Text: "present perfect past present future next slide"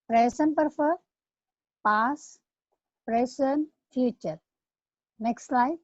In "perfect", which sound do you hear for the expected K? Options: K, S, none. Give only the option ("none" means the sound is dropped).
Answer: none